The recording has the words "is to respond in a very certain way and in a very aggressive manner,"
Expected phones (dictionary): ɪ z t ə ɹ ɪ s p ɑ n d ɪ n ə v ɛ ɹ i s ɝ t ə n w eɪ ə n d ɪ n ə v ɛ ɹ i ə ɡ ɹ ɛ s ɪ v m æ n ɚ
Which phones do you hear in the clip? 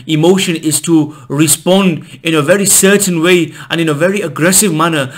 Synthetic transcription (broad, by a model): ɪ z t ə ɹ ɪ s p ɑ n d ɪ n ə v ɛ ɹ i s ɝ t n w eɪ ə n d ɪ n ə v ɛ ɹ i ə ɡ ɹ ɛ s ɪ v m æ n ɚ